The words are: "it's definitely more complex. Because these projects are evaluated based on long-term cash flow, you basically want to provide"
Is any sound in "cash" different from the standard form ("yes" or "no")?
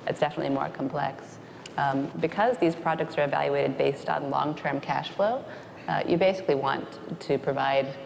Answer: no